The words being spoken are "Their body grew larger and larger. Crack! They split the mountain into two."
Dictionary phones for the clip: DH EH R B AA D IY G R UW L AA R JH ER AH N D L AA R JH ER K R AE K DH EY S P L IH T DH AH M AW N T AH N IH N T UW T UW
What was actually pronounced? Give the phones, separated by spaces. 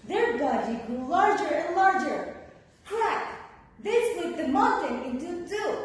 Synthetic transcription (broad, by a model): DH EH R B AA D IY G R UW L AA R JH ER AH N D L AA R JH ER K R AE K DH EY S L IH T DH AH M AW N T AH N IH N T UW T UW